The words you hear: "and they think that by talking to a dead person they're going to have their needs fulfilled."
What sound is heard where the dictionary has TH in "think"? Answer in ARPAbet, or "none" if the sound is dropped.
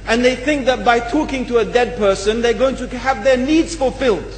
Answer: TH